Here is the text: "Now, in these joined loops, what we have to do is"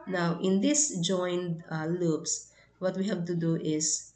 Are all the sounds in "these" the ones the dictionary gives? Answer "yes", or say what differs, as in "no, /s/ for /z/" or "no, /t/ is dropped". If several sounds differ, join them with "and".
no, /s/ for /z/